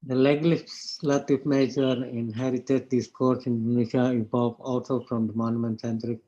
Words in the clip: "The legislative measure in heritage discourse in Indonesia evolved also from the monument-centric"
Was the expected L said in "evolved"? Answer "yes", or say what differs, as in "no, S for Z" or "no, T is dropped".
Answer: no, L is dropped